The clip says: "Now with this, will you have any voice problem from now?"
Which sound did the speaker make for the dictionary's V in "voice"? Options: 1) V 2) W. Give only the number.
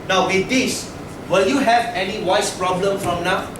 2